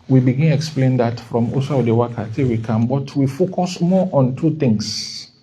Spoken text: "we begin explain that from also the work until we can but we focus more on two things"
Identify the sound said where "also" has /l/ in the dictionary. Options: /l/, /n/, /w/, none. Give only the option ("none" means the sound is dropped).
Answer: none